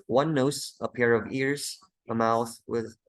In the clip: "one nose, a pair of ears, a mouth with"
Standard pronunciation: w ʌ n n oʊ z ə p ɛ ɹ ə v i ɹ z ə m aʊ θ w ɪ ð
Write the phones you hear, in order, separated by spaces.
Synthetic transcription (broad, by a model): w ʌ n n oʊ s ə p ɛ ɹ ə v i ɹ z ə m aʊ θ w ɪ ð